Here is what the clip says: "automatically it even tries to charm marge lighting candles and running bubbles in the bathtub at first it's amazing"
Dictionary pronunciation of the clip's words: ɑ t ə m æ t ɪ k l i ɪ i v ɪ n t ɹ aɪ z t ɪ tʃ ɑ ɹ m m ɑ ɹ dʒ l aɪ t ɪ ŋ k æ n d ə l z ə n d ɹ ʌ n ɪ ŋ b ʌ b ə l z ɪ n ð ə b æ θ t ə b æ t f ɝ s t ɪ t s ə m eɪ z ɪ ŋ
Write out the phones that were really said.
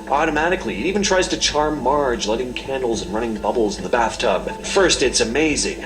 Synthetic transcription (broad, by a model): ɑ t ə m æ t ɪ k l i i v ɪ n t ɹ aɪ z t ɪ tʃ ɑ ɹ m m ɑ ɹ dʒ l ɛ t ɪ ŋ k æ n d l z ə n ɹ ʌ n ɪ ŋ b ʌ b l z n ð ə b æ θ t ə b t f ɝ s t ɪ t s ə m eɪ z ɪ ŋ